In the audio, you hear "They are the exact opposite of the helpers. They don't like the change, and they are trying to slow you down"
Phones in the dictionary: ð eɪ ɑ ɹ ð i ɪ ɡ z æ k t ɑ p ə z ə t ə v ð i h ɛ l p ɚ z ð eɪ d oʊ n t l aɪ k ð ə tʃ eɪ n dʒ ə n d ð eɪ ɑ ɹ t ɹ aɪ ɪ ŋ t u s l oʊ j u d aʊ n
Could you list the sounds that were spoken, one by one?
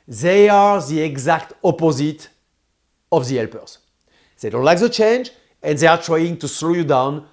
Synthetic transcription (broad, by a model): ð eɪ ɑ ɹ ð i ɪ ɡ z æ k t ɑ p ə z ə t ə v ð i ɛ l p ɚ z ð eɪ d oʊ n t l aɪ k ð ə tʃ eɪ n dʒ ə n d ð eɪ ɑ ɹ t ɹ aɪ ɪ ŋ t u s l oʊ j u d aʊ n